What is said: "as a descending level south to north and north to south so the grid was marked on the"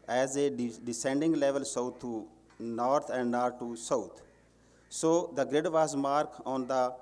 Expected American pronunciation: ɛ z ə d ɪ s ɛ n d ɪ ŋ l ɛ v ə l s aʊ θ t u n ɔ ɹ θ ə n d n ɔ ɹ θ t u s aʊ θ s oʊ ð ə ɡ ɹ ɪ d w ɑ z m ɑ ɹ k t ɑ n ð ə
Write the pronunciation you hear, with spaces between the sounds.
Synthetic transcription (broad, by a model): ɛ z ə d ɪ s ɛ n d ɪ ŋ l ɛ v ə l s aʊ t u n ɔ ɹ t ə n d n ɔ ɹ t u s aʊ t s oʊ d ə ɡ ɹ ɪ d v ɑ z m ɑ ɹ k ɑ n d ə